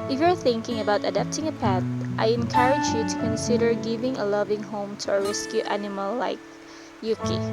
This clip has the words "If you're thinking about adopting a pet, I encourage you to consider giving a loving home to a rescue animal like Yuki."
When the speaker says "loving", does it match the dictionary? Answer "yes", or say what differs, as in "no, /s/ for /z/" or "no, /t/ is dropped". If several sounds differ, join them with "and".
yes